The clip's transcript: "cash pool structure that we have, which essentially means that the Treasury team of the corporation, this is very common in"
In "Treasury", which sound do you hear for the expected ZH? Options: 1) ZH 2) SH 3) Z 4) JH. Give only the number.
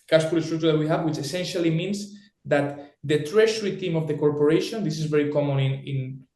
2